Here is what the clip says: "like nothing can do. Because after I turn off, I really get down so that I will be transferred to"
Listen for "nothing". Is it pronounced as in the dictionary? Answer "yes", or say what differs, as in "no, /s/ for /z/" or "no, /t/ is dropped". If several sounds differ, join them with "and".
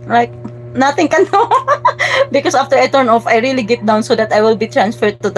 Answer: no, /t/ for /θ/